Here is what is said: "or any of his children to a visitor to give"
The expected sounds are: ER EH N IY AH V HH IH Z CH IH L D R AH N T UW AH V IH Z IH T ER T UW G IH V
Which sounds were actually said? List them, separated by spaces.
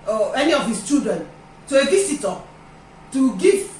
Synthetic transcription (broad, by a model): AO EH N IY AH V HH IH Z CH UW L D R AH N T UW AH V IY S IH T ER T UW G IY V